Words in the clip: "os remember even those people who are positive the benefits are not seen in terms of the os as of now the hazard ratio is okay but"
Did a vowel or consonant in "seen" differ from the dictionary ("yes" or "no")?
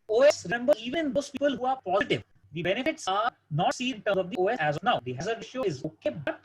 yes